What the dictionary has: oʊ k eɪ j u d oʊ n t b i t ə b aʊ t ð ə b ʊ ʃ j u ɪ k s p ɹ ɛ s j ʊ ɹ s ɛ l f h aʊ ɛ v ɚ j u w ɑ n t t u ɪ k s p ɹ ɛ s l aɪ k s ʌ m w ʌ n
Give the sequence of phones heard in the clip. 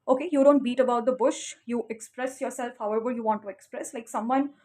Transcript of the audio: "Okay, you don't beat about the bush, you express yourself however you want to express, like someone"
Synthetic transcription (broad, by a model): oʊ k eɪ j u d oʊ n t b i t ə b aʊ t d ə b ʊ ʃ j u ɪ k s p ɹ ɛ s j ʊ ɹ s ɛ l f h aʊ ɛ v ɚ j u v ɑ n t t u ɪ k s p ɹ ɛ s l aɪ k s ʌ m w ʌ n